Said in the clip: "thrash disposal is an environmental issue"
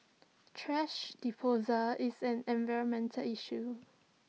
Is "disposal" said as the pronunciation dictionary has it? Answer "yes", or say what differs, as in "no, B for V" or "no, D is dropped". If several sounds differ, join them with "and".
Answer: no, S is dropped